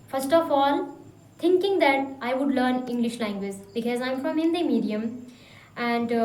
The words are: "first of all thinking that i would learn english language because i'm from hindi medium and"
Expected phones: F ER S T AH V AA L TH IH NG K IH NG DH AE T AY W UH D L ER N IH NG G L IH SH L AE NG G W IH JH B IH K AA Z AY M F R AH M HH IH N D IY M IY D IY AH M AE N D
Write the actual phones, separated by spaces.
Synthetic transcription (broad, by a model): F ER S T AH F AA L T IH NG K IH NG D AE T AY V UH D L ER N IH NG G L IH SH L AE NG G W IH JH B IH K AA Z AY M F R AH M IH N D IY M IY D IY AH M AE N D